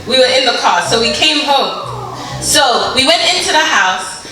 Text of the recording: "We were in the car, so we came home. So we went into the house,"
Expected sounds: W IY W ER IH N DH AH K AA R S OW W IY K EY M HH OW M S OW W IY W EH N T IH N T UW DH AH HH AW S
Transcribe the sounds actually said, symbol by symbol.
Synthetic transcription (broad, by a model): W IY W ER IH N DH AH K AA S OW W IY K EY M HH OW M S OW W IY W EH N T IH N T UW DH AH HH AW S